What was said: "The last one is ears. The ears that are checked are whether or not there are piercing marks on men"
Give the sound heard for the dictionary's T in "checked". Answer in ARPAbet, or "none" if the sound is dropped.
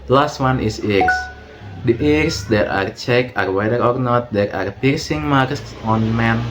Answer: none